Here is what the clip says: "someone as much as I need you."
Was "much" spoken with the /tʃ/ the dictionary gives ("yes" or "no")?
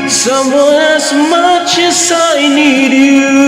yes